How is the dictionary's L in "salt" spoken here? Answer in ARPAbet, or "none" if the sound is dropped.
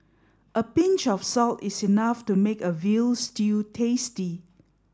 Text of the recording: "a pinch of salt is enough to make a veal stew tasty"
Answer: L